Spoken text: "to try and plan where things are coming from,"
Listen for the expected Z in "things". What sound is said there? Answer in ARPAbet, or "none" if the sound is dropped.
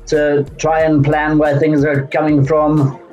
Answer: Z